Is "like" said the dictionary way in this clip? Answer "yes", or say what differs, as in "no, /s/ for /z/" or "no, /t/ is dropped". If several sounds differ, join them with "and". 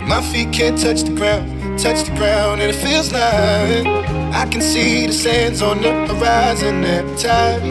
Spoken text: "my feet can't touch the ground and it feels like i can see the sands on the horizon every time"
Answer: no, /k/ is dropped